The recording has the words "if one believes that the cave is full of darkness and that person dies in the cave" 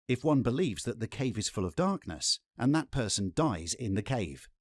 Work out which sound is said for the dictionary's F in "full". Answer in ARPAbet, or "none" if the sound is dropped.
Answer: F